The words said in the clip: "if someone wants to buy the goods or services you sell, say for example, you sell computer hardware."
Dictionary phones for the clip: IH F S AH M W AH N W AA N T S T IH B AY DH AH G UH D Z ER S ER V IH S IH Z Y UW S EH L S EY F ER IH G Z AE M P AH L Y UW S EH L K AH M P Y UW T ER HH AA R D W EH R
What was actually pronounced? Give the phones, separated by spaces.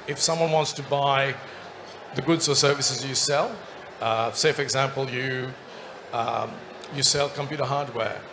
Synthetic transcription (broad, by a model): IH F S AH M W AH N W AA N T S T IH B AY DH AH G UH D Z ER S ER V IH S IH Z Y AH S EH L S EY F ER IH G Z AE M P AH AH Y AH S EH L K AH M P Y UW T ER HH AA R D W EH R